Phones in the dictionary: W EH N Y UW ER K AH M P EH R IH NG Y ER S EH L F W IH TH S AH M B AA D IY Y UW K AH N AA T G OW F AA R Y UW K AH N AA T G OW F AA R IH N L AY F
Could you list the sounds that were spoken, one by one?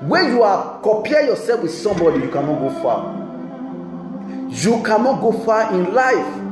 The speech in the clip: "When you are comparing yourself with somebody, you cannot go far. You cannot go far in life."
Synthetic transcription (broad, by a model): W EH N Y UW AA K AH P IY IH Y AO S EH L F W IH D S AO M B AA D IY Y UW K AH N AA T G OW F AA Y UW K AH N AA T G OW F AA IH N L AY F